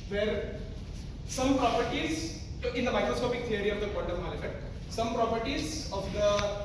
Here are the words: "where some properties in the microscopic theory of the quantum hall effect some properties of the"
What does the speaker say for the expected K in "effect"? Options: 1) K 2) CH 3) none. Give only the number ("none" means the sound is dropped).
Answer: 3